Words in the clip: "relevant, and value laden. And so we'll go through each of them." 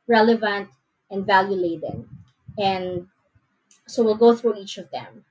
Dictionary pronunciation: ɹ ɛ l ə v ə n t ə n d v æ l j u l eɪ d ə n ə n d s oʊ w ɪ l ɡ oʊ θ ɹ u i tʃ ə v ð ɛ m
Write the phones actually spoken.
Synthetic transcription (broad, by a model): ɹ ɛ l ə v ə n t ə n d v æ l j u l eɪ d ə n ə n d s oʊ w ɪ l ɡ oʊ θ ɹ u i tʃ ə v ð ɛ m